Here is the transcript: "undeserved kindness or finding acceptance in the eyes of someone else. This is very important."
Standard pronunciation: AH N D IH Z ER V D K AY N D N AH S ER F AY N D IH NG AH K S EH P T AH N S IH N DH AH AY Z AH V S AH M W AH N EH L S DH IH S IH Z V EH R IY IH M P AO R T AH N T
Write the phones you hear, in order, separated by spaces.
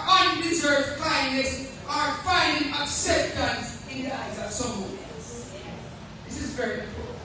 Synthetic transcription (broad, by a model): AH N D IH Z ER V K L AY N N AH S ER F AY N D IH NG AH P S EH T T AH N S IH N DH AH AY Z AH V S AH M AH EH S DH IH S IH Z V EH R IY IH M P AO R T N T